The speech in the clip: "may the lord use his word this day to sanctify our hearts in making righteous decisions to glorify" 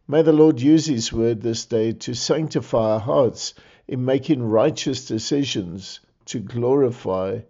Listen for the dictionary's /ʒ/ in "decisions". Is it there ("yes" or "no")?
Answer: yes